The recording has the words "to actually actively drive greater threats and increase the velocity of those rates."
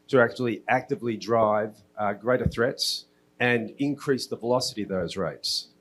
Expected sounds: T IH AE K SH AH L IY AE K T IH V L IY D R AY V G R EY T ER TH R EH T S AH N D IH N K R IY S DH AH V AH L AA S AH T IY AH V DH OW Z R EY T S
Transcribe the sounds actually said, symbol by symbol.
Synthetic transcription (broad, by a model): T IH AE K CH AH L IY AE K T IH V L IY D R AY V G R EY T ER TH R EH T S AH N IH N K R IY S DH AH V AH L AA S AH T IY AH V DH OW Z R EY T S